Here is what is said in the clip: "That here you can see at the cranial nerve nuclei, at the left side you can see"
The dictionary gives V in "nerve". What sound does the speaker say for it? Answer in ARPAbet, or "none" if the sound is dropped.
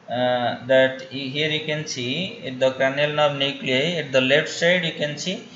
B